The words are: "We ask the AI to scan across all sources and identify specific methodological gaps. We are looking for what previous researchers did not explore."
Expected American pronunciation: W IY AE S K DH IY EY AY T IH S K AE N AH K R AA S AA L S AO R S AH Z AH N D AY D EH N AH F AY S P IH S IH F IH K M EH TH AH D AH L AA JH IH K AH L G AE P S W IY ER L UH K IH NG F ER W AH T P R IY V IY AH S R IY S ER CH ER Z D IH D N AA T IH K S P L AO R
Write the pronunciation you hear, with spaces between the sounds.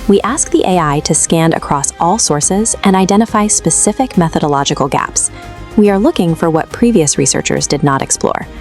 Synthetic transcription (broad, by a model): W IY AE S K DH IY EY AY T IH S K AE N AH K R AA S AA L S AO R S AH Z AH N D AY D EH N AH F AY S P IH S IH F IH K M EH TH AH D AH L AA JH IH K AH L G AE P S W IY ER L UH K IH NG F ER W AH T P R IY V IY AH S R IY S ER CH ER Z D IH D N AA T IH K S P L AO R